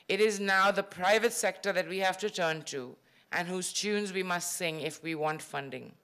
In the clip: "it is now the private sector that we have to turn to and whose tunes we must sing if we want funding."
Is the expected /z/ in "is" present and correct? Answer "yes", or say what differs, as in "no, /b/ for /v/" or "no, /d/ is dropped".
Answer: yes